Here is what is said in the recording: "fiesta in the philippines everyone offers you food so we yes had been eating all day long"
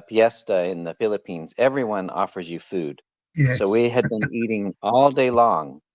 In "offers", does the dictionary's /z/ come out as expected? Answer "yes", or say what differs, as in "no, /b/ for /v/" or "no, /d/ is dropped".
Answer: yes